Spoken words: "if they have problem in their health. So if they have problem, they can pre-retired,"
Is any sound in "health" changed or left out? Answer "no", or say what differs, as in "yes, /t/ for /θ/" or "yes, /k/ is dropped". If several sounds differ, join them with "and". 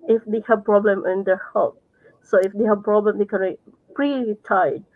yes, /t/ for /θ/